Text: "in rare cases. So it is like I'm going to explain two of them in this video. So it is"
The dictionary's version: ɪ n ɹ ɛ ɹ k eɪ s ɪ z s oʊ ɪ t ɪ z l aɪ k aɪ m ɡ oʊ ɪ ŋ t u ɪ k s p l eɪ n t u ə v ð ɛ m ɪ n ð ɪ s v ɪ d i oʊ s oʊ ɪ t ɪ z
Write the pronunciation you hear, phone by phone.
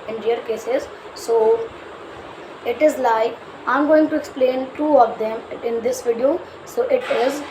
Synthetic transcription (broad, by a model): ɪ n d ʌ ɹ k eɪ s ɪ z s oʊ ɪ t ɪ z l aɪ k aɪ m ɡ oʊ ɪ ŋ t u ɪ k s p l eɪ n t u ə v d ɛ m ɪ n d ɪ s v ɪ d i oʊ s oʊ ɪ t ɪ z